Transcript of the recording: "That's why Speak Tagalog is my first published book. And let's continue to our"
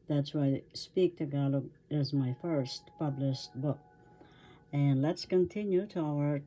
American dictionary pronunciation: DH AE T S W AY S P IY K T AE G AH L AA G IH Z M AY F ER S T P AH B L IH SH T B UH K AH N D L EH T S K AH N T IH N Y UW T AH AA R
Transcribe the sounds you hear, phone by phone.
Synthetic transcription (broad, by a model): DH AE T S W AY S P IY K T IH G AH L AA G IH Z M AY F ER S T P AH B L IH SH T B UH K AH N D L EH T S K AH N T IH N Y UW T AH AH R